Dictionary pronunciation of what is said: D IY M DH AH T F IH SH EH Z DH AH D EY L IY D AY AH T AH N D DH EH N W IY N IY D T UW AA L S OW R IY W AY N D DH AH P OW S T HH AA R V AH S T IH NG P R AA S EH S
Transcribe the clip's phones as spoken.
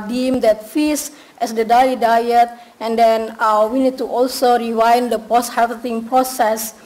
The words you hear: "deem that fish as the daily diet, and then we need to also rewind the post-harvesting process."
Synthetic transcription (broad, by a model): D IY M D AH T F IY S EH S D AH D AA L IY D AY AH T AH N D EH N W IY N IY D T UW AA L S OW R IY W AY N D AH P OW S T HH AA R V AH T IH NG P R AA S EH S